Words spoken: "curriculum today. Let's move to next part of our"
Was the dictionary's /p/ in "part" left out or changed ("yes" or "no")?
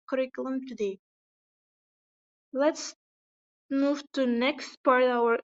no